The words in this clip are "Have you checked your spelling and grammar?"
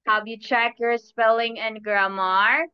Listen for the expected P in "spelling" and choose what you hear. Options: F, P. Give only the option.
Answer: P